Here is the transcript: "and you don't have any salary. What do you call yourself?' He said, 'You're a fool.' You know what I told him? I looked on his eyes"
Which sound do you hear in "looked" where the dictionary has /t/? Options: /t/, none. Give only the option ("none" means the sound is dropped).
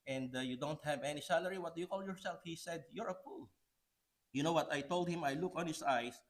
none